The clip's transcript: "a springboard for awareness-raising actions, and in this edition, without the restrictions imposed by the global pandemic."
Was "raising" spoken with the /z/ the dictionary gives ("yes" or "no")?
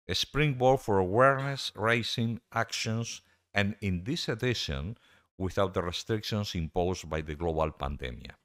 no